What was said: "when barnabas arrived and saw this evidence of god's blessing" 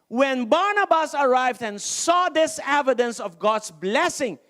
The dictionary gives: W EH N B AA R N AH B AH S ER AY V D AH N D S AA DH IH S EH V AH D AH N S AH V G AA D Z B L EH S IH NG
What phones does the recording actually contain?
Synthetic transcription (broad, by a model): W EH N B AA R N AH B AH S ER AY V D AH N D S AA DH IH S EH V AH D AH N S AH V G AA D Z B L EH S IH NG